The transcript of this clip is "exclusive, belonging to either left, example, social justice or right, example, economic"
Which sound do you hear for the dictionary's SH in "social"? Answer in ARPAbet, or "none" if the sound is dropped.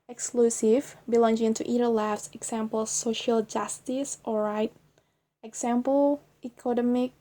SH